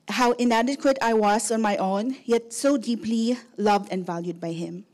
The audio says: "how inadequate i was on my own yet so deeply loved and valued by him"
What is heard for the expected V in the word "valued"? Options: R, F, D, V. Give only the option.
V